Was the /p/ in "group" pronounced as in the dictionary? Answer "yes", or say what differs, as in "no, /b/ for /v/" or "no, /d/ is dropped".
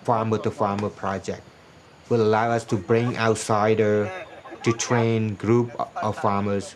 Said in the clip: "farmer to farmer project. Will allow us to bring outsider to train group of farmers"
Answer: yes